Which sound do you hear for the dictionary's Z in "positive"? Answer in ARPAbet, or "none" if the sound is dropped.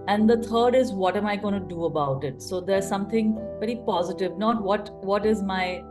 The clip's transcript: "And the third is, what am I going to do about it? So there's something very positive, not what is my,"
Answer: Z